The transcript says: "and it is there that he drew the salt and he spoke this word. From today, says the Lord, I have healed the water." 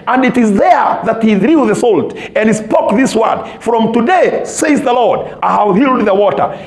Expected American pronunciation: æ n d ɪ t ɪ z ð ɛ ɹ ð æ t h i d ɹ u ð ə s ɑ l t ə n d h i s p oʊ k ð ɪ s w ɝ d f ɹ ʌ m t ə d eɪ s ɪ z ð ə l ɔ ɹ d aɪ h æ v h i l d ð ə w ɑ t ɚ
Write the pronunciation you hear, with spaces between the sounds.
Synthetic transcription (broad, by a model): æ n d ɪ t ɪ z ð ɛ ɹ ð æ t h i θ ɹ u ð ə s ɑ l t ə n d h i s p oʊ k ð ɪ s w ɝ d f ɹ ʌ m t ə d eɪ s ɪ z ð ə l ɔ ɹ d aɪ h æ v h i l d ð ə w ɑ t ɚ